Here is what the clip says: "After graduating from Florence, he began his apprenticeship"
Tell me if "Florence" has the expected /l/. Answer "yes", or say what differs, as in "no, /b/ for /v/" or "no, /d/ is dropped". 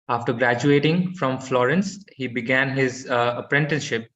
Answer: yes